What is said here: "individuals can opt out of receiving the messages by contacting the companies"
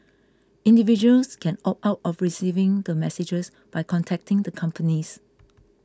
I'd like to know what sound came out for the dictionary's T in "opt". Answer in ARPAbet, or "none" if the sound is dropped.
none